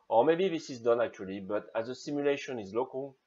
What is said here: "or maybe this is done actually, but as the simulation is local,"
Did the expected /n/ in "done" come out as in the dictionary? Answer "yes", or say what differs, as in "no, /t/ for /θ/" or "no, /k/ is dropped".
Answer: yes